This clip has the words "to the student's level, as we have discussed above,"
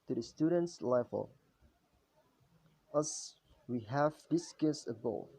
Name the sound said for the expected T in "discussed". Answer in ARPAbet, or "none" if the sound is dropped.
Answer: none